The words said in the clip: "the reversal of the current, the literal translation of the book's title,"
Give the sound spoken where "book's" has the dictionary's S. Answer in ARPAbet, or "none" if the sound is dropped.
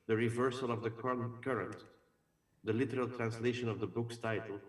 S